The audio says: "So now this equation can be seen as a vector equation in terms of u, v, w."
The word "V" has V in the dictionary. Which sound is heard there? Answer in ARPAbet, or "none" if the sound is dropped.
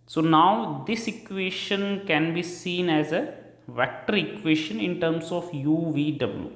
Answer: V